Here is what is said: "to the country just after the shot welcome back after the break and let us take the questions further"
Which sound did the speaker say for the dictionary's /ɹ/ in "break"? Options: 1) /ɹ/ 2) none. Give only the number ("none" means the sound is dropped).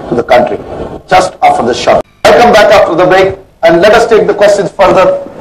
2